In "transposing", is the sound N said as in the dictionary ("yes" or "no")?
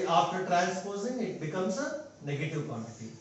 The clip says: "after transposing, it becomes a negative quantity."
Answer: no